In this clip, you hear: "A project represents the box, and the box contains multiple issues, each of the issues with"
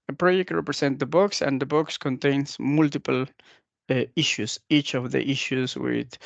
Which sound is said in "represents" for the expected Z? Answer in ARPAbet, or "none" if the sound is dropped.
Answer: S